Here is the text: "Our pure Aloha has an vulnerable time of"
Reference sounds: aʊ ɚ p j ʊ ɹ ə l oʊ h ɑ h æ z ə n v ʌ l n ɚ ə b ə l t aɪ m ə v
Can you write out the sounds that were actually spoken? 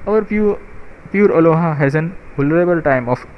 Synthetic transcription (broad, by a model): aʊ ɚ p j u ɹ ə l oʊ h ɑ h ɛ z ə n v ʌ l ɚ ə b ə l t aɪ m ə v